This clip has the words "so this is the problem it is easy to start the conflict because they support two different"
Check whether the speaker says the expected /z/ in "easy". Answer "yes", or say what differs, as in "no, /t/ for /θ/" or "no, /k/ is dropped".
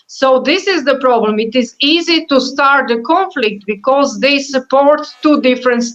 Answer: yes